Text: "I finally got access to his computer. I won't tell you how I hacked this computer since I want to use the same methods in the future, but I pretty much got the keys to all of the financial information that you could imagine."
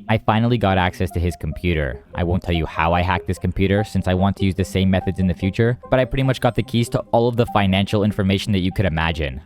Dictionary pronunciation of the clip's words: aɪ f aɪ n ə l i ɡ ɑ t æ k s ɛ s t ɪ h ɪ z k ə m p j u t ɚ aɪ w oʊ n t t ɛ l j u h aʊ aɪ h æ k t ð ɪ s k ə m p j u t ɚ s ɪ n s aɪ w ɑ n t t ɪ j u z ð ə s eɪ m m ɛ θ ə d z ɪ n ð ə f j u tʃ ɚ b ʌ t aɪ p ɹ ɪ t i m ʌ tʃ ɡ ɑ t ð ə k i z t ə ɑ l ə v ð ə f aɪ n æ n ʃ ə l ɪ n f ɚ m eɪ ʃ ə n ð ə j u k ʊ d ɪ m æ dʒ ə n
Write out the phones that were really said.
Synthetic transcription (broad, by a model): aɪ f aɪ n l i ɡ ɑ t æ k s ɛ s t ɪ ɪ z k m p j u t ɚ aɪ w oʊ n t t ɛ l j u h aʊ aɪ h æ k ð ɪ s k m p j u t ɚ s ɪ n s aɪ w ɑ n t t ɪ j u z ð ə s eɪ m m ɛ θ ə d z ɪ n ð ə f j u tʃ ɚ b ʌ t aɪ p ɹ ɪ t i m ʌ tʃ ɡ ɑ t ð ə k i z t ə ɑ l ə v ð ə f aɪ n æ n ʃ l ɪ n f ɚ m eɪ ʃ n ð ə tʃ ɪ k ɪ d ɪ m æ dʒ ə n